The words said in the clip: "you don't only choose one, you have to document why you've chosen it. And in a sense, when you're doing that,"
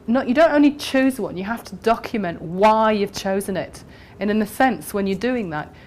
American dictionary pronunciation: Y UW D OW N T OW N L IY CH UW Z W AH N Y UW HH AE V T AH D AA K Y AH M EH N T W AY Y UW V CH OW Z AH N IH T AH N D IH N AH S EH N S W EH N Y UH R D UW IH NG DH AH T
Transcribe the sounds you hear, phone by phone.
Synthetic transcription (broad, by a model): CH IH D OW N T OW N L IY CH UW Z W AH N Y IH HH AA F T AH D AA K Y AH M EH N T W AY Y UW V CH OW Z AH N IH T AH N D IH N AH S EH N S W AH N Y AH R D UW IH NG DH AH T